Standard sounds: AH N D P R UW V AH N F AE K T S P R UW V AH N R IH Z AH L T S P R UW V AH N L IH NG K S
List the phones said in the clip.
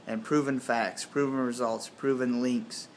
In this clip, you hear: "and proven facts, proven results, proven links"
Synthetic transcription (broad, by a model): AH N P R UW V AH N F AE K T S P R UW V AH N R IH Z AH L T S P R UW V AH N L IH NG K S